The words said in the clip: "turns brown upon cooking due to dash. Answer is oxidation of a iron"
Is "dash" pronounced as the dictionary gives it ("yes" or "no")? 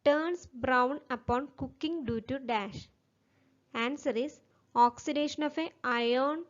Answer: yes